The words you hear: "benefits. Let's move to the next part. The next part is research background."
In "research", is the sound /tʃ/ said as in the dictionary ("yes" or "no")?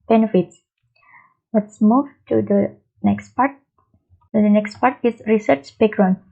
yes